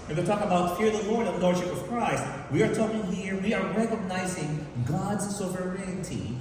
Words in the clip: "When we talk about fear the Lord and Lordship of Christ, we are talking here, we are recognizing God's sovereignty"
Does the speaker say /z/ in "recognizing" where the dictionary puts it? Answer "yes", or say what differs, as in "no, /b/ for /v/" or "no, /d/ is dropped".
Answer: yes